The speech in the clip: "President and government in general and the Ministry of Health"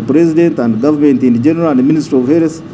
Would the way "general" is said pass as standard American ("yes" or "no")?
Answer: yes